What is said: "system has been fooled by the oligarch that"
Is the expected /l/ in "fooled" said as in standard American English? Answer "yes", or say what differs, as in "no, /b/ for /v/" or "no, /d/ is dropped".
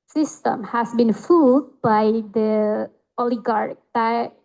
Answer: no, /l/ is dropped